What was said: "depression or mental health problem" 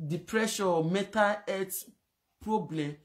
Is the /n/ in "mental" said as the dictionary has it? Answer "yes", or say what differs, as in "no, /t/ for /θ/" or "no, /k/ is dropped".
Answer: no, /n/ is dropped